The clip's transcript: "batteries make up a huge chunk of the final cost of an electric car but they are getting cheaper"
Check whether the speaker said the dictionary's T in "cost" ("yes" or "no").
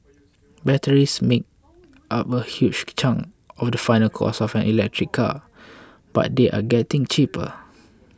no